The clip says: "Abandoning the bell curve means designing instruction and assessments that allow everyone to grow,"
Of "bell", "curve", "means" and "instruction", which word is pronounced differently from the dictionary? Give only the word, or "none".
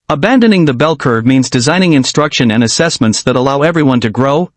none